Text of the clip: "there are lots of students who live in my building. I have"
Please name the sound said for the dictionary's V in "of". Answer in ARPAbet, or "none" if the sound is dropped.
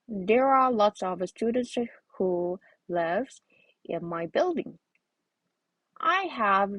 V